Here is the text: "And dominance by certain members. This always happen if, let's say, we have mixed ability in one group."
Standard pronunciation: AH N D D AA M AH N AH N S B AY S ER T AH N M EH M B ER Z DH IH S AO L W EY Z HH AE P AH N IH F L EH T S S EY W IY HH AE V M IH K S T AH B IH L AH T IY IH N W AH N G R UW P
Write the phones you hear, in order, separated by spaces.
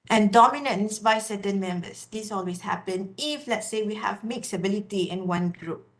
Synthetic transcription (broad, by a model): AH N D D AA M AH N AH N S B AY S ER T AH N M EH M B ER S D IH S AO L W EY S HH AE P AH N IH F L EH T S S EY W IY HH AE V M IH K S AH B IH L AH T IY IH N W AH N G R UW P